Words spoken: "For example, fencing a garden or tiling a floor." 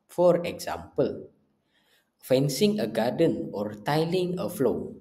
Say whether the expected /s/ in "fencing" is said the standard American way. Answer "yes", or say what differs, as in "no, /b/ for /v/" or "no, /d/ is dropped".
yes